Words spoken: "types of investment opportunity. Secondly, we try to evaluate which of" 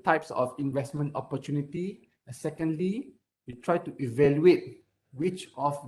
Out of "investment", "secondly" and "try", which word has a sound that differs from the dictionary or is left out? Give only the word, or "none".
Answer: none